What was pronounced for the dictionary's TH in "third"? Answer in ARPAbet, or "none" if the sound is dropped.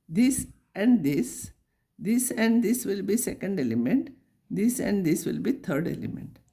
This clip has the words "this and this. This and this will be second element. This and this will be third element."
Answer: T